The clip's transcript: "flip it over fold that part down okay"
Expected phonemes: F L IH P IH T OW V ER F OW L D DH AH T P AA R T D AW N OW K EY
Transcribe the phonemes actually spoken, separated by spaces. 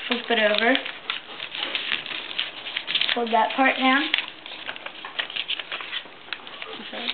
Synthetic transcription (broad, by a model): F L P IH T OW V ER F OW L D DH AH T P AA R T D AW OW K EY